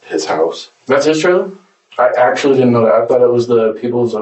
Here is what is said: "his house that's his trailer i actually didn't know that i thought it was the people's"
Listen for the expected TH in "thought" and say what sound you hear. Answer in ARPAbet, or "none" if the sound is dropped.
TH